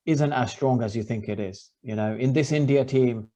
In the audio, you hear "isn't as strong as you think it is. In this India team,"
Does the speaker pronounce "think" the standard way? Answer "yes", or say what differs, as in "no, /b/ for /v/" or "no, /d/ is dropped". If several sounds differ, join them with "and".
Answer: yes